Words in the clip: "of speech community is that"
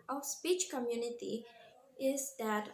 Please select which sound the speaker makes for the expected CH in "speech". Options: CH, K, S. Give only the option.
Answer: CH